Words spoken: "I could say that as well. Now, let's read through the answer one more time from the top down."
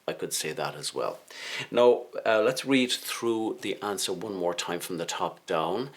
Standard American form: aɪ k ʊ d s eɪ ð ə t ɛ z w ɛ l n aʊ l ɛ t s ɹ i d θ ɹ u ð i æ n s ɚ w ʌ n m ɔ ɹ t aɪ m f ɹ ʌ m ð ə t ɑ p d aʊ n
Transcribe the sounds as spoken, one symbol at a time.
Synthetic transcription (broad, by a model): aɪ k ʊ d s eɪ ð ə t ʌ z w ɛ l n aʊ l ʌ t s ɹ i d θ ɹ u ð i æ n s ɚ w ʌ n m ɔ ɹ t aɪ m f ɹ ʌ m ð ə t ɑ p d aʊ n